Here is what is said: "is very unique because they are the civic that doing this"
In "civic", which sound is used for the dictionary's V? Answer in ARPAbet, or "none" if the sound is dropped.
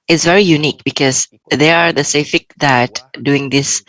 F